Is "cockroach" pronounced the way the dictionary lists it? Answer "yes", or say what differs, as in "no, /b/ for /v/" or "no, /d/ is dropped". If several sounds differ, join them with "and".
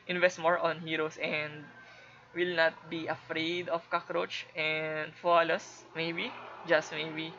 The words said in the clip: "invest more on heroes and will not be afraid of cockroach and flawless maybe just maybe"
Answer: yes